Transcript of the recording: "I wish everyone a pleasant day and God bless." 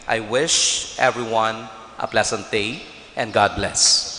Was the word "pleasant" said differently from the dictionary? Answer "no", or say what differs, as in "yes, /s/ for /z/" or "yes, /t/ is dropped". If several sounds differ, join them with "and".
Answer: yes, /s/ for /z/